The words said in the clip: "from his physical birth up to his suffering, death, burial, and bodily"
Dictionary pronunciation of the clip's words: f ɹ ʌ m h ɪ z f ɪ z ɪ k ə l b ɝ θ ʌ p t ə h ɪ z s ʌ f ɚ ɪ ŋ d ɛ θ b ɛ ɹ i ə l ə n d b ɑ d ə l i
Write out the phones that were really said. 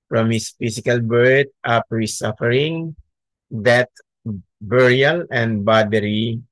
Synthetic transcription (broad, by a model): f ɹ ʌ m h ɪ s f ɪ s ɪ k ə l b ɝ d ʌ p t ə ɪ s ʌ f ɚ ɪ ŋ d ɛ t b ɛ ɹ i ə l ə n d b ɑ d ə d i